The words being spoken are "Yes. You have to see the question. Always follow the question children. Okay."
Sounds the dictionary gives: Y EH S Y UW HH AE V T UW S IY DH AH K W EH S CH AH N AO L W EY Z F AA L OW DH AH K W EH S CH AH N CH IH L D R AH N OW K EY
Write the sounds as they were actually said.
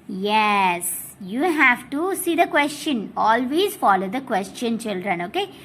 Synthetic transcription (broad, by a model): Y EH S Y UW HH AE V T UW S IY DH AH K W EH S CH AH N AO L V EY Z F AA L OW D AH K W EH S CH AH N CH IH L D R AH N OW K EY